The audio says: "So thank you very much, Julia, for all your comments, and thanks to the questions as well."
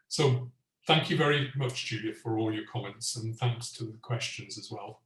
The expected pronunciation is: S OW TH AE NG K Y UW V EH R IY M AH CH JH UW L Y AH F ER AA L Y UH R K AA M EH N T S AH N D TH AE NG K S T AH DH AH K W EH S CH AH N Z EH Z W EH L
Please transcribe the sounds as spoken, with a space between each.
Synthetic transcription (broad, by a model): S OW TH AE NG K Y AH V EH R IY M AH CH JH UW L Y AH F ER AA L Y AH R K AA M EH N T S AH N TH AE NG K S T AH DH AH K W EH S CH AH N Z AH Z W EH L